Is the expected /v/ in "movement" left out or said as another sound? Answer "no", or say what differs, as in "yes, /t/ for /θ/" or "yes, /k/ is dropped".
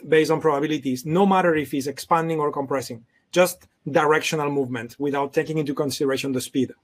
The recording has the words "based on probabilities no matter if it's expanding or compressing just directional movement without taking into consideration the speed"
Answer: no